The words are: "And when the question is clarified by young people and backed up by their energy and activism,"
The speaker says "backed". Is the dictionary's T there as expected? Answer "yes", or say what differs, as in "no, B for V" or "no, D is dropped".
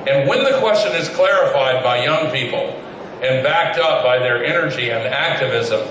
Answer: yes